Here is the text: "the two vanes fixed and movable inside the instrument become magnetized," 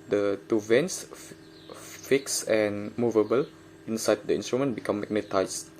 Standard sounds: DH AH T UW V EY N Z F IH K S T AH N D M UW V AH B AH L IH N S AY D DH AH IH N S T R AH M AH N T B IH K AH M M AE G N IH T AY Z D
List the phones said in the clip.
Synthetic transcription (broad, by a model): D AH T UW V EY N S F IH K S AH N M UW V AH B AH L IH N S AY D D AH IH N S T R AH M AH N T B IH K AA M M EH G N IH T AY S